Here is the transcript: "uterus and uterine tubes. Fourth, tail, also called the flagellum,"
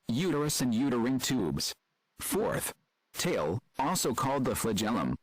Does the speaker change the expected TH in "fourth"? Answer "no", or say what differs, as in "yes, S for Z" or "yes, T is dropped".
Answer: no